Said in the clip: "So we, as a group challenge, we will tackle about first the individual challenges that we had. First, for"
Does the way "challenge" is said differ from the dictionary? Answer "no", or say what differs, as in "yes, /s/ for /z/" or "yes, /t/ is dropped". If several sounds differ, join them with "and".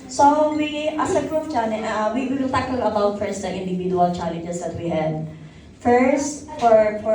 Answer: yes, /n/ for /l/